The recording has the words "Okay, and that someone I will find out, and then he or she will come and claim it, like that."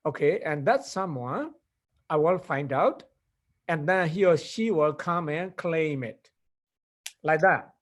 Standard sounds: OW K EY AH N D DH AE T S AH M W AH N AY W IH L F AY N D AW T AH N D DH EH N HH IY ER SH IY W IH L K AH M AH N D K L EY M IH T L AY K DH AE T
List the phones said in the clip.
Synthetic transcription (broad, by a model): OW K EY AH N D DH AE T S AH M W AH AY W IH L F AY N D AW T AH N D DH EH N HH IY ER SH IY W IH L K AH M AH N K L EY M IH T L AY K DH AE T